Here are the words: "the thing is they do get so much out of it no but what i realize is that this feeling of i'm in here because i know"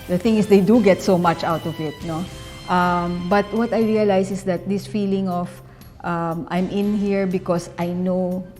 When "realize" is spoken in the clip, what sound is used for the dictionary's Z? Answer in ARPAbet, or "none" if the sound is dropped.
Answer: S